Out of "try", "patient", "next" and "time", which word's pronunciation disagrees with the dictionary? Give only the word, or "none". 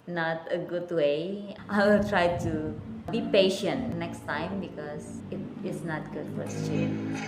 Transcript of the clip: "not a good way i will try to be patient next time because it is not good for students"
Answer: none